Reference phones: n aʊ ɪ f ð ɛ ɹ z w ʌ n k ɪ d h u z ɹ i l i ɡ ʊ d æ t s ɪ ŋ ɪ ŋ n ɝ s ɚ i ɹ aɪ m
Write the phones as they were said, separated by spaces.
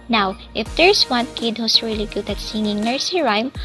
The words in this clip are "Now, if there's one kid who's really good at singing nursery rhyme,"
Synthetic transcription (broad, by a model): n aʊ ɪ f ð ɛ ɹ s w ʌ n k ɪ d h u s ɹ i l i ɡ ʊ d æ t s ɪ ŋ ɪ ŋ n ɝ s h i ɹ aɪ m